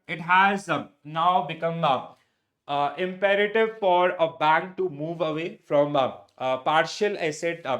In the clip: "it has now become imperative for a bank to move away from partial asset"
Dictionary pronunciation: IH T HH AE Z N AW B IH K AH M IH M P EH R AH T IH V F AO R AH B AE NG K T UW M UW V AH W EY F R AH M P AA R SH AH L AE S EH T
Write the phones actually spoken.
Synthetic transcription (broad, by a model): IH T HH AE Z N AW B IH K AH M IH M P EH R AH T IH V F AO R AH B AE NG K T UW M UW V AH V EY F R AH M P AA R SH AH L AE S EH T